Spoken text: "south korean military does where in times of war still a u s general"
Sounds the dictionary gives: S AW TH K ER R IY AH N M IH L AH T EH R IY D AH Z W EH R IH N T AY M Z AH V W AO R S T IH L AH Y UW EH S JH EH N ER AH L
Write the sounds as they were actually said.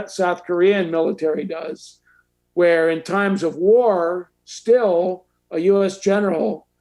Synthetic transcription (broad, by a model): S AW TH K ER R IY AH N M IH L AH T EH R IY D AH Z W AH R IH N T AY M Z AH V W AO R S T IH L AH Y UW EH S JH EH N ER L